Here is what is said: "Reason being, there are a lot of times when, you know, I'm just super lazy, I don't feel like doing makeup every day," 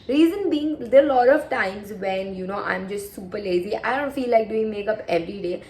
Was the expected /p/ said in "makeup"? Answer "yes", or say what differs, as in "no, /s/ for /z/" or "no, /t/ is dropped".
yes